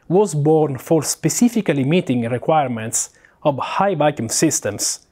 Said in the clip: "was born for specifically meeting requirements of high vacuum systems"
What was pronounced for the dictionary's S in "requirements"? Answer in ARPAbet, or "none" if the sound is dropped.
S